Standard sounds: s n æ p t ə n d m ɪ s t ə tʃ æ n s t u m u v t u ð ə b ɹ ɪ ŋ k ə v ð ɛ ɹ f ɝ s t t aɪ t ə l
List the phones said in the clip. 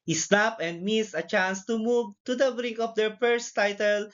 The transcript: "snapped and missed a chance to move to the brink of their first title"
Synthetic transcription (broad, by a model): s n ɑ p ə n d m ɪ s ə tʃ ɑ n s t u m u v t u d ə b ɹ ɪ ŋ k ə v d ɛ ɹ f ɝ s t t aɪ t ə l